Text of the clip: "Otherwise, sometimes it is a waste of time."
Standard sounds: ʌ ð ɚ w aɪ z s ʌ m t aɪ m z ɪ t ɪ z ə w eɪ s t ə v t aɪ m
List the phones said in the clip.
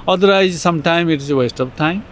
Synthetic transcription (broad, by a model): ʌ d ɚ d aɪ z s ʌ m t aɪ m ɪ t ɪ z ə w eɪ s t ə p t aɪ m